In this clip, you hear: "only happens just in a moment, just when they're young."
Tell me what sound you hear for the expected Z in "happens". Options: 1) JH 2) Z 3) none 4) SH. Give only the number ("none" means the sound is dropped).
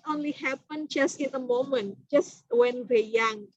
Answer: 3